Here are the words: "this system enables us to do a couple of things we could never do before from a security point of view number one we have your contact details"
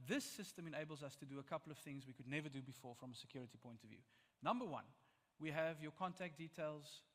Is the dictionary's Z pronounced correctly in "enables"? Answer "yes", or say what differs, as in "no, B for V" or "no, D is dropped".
yes